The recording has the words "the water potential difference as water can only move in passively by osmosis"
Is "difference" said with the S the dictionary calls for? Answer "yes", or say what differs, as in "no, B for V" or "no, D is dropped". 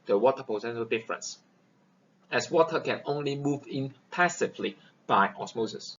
yes